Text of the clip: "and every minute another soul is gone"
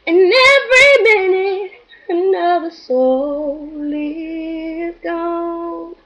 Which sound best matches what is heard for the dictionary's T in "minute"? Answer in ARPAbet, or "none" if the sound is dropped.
none